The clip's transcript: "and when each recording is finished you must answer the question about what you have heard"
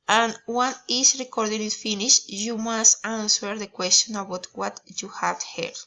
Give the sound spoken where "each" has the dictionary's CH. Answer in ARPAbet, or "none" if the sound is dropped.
S